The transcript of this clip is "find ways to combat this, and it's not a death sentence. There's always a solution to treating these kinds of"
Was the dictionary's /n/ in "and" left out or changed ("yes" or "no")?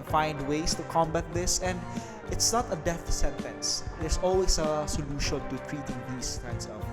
no